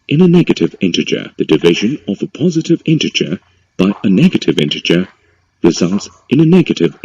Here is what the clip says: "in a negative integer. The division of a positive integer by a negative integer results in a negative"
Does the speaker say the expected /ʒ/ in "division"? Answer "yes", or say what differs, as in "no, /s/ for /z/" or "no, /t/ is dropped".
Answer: yes